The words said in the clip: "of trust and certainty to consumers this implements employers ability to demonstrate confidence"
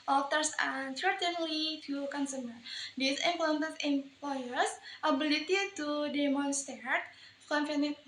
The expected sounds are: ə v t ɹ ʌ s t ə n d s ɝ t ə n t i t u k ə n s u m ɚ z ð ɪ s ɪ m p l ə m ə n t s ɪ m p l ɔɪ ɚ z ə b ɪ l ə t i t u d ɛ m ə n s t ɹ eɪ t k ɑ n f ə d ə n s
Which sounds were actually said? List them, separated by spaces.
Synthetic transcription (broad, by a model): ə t ʌ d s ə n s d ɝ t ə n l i t u k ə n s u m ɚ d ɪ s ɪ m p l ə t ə t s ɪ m p l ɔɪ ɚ s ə b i l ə t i t u d ɛ m ə n s t ɹ eɪ t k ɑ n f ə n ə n